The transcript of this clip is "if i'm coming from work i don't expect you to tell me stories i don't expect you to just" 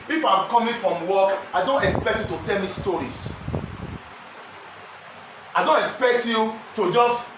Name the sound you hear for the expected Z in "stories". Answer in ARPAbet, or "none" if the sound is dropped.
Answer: S